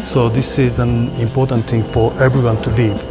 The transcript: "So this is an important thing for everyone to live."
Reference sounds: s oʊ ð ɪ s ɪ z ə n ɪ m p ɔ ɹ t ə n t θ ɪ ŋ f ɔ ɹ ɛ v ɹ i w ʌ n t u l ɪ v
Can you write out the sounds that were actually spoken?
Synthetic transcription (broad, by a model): s oʊ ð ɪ s ɪ z ə n ɪ m p ɔ ɹ t ə n t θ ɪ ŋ f ɔ ɹ ɛ v ɹ i w ʌ n t u l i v